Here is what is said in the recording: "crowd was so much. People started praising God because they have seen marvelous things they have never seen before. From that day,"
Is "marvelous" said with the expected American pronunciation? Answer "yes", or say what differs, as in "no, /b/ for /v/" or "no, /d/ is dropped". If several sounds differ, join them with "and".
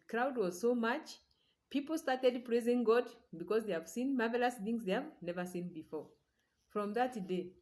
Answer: yes